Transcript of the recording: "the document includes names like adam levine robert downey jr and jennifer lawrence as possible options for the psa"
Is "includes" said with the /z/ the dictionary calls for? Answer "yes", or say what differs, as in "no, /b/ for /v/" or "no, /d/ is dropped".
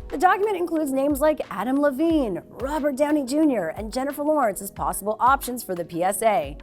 yes